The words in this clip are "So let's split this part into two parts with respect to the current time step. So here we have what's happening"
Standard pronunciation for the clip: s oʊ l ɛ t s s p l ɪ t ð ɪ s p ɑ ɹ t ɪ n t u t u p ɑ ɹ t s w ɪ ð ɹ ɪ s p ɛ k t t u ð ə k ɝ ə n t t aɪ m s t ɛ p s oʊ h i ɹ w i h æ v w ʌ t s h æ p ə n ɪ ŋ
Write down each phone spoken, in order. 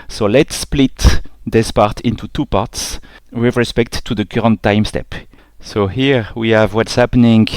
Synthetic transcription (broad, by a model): s oʊ l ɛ t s s p l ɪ t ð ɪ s p ɑ ɹ t ɪ n t u t u p ɑ ɹ t s w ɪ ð ɹ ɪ s p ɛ k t t u ð ə k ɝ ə n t t aɪ m s t ɛ p s oʊ h i ɹ w i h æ v w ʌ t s h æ p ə n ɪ ŋ